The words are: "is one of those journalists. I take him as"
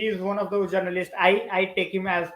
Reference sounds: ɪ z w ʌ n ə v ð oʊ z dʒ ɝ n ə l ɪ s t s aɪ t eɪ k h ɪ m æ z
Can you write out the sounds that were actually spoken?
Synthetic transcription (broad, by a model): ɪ z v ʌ n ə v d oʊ dʒ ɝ n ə l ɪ s t s aɪ t eɪ k h ɪ m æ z